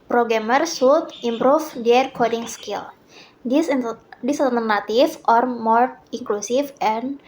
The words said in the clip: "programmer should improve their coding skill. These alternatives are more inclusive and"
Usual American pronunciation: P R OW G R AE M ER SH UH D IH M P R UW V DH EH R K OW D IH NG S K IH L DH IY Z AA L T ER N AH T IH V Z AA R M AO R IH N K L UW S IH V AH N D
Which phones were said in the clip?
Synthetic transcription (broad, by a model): P R OW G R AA M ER S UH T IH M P R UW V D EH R K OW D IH NG S K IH L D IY S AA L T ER N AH T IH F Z AA R M AO R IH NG K L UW S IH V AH N